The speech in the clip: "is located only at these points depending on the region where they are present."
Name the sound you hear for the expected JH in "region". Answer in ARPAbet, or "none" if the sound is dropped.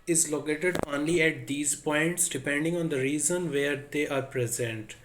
Z